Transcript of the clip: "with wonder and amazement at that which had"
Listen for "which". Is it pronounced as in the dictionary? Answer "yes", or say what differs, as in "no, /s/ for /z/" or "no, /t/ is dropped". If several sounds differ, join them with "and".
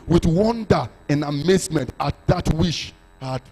no, /ʃ/ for /tʃ/